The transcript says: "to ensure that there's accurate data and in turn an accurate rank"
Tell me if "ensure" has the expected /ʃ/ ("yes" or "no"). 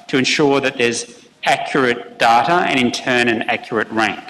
yes